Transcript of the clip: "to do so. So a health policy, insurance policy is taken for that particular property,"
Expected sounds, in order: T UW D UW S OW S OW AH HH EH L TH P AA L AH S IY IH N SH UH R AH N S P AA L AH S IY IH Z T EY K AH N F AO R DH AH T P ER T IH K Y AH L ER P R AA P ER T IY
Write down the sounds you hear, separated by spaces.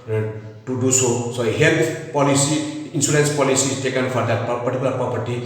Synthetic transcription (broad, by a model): T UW D UW S OW S OW HH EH L T P AA L AH S IY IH N S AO L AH N S P AA L AH S IY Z T EY K AH N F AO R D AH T P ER T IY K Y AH L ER P R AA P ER T IY